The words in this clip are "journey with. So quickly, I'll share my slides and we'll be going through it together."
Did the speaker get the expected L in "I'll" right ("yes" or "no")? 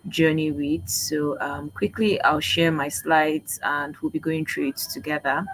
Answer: yes